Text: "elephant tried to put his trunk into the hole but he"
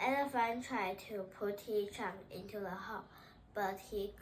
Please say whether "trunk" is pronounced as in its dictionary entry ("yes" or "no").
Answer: no